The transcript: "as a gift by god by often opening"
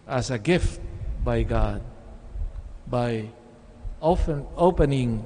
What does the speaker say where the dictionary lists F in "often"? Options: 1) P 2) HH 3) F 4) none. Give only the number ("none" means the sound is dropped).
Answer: 4